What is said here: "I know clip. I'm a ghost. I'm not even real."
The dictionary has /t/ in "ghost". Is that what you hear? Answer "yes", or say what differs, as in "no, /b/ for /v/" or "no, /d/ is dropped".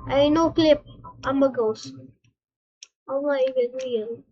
no, /t/ is dropped